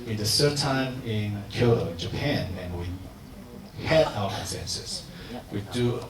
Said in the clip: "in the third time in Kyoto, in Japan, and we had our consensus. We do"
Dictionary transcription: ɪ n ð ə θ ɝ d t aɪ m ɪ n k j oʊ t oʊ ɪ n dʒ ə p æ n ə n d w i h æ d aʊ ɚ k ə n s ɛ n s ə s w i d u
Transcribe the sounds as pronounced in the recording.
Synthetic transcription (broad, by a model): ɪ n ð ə s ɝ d t aɪ m ɪ n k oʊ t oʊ ɪ n dʒ ə p æ n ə n w i h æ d aʊ ɚ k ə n s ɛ n s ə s w i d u